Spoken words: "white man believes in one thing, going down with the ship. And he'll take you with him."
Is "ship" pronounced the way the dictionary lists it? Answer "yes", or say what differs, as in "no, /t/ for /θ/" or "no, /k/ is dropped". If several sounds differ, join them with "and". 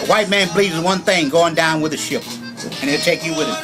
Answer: yes